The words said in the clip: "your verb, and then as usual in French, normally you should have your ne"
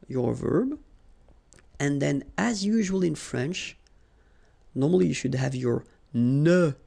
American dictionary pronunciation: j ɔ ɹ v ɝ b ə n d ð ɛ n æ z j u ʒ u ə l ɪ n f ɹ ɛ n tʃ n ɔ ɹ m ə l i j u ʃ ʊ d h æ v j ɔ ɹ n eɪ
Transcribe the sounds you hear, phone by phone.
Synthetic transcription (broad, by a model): j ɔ ɹ v ɝ b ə n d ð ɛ n æ z j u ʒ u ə l ɪ n f ɹ ɛ n tʃ n ɔ ɹ m ə l i j u ʃ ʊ d h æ v j ɔ ɹ n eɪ